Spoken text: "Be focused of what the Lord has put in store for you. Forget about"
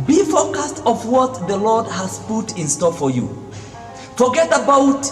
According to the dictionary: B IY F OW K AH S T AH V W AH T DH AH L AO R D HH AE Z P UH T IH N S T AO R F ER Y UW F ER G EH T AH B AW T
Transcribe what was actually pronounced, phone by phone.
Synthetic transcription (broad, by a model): B IY F OW K AH S T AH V W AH T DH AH L AO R D HH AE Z P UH T IH N S T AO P F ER Y UW F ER G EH T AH B AW T